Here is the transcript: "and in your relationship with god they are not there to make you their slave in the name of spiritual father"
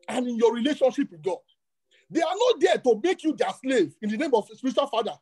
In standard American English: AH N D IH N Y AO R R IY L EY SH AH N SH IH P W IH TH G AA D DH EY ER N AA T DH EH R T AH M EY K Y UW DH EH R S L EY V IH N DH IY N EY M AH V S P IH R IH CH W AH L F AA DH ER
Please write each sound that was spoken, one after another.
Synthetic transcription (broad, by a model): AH N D IH N Y AO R R IY L EY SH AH N SH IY P W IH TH G AA D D EY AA N AA T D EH T AH M EY K Y UW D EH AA S L EY V IH N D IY N EY M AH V S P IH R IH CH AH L F AA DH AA